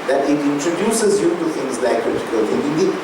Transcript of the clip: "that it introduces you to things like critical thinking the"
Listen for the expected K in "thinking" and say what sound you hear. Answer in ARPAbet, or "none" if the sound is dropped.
none